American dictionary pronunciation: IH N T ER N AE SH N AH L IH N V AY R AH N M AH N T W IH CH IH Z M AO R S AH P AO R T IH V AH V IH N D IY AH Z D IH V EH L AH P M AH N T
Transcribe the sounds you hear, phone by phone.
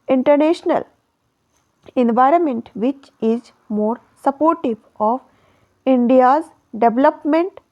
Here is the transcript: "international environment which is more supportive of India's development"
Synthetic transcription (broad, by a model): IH N T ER N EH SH N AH L IH N V AY R AH N M AH N T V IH CH IH Z M AO R S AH P AO R T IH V AH V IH N D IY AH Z D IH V L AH P M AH N T